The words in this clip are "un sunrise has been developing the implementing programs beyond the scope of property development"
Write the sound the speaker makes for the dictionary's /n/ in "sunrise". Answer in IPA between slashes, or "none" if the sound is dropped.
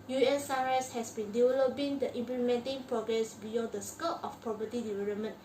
none